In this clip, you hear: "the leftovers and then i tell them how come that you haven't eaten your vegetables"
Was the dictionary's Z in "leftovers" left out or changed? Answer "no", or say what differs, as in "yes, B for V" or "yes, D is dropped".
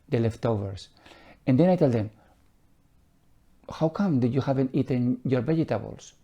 yes, S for Z